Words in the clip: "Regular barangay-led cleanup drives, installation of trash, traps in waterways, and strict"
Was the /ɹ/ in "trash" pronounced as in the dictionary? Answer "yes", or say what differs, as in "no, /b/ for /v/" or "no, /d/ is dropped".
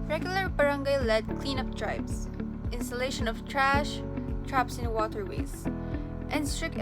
yes